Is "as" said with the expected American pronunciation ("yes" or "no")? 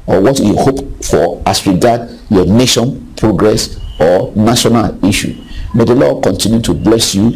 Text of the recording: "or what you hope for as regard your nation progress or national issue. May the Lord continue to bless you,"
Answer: no